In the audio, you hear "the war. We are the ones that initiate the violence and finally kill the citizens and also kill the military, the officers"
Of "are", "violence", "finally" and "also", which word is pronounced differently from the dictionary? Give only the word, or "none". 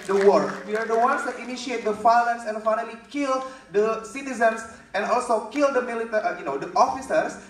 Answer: violence